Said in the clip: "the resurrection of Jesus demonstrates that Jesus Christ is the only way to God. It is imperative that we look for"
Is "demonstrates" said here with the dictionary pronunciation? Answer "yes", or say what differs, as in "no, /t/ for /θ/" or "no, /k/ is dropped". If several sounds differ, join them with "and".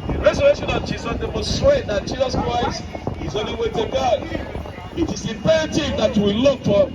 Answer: no, /n/ is dropped